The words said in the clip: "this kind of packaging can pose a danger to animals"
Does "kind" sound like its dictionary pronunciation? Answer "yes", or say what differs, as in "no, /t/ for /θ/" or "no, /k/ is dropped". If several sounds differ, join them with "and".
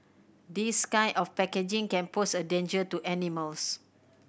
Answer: no, /d/ is dropped